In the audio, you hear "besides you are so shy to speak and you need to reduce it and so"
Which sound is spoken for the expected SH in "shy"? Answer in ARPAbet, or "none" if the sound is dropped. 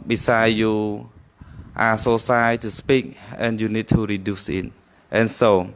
S